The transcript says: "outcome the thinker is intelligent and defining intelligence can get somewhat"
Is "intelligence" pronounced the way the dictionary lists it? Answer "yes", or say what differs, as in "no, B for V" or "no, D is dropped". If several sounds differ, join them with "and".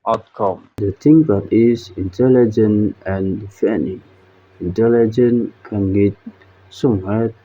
no, S is dropped